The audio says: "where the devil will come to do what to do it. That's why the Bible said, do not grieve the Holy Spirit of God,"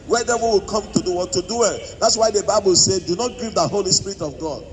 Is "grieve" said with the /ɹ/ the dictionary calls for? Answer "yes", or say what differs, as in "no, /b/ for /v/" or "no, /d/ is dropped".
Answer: no, /ɹ/ is dropped